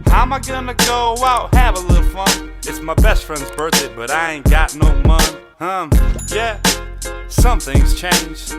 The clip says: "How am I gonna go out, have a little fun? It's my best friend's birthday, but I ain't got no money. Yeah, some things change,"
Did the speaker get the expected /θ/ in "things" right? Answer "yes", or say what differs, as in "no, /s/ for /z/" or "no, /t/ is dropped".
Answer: yes